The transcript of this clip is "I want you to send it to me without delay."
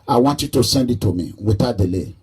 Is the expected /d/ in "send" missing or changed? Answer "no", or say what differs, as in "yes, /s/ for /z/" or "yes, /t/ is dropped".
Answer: no